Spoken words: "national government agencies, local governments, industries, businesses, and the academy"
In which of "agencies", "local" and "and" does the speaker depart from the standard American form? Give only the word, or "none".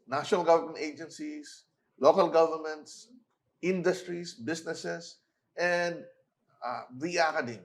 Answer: agencies